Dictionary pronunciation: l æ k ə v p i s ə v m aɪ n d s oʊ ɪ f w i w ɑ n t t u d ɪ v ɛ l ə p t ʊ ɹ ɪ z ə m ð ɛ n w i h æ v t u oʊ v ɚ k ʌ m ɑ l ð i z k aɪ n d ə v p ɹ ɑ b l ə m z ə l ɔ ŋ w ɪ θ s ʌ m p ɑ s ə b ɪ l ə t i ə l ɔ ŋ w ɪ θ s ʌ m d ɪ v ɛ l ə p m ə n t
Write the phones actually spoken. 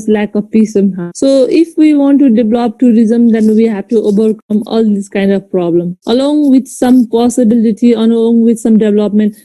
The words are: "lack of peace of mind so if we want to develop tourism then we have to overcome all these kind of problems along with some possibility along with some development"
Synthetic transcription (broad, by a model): l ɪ k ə p i s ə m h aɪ s oʊ ɪ f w i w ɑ n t t u d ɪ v l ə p t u ɹ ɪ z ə m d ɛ n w i h æ v t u oʊ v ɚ k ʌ m ɑ l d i s k aɪ n d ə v p ɹ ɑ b l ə m ə l ɔ ŋ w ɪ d s ʌ m p ɑ s ə b ɪ l ə t i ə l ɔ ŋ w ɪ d s ʌ m d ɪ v l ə p m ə n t